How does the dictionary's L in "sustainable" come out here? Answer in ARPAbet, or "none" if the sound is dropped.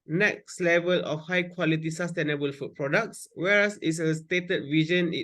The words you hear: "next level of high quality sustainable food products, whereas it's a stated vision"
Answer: L